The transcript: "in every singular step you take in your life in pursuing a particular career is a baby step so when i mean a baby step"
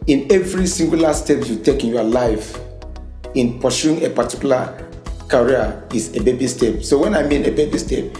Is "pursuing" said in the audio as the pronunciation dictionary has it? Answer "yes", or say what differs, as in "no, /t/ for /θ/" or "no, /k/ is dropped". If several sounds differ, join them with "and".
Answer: no, /ʃ/ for /s/